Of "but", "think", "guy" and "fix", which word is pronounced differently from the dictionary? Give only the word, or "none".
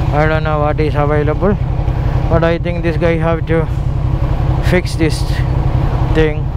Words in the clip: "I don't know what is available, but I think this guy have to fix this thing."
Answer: think